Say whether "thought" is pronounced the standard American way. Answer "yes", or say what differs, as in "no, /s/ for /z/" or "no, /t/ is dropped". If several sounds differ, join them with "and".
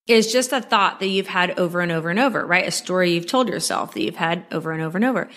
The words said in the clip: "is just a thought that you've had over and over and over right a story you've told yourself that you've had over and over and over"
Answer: yes